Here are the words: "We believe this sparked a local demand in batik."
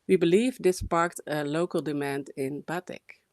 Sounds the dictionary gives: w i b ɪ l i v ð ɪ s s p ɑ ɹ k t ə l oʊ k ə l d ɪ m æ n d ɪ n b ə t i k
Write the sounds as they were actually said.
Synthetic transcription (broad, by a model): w i b ɪ l i v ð ɪ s s p ɑ ɹ k t ə l oʊ k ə l d ɪ m æ n d ɪ n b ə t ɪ k